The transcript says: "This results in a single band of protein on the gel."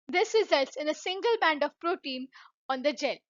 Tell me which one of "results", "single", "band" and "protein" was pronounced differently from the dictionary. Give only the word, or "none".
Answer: none